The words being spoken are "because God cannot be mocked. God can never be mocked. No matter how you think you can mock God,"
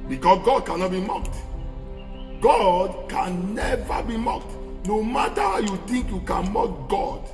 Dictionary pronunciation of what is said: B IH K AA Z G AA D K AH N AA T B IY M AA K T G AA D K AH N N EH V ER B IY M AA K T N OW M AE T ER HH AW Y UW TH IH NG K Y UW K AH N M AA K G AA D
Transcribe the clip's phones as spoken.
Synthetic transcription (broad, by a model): B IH K AA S G AA D K AH N AA T B IY M AA K T G AA D K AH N N EH V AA B IY M AA K T N OW M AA T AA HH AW Y UW T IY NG K Y UW K AH N M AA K G AA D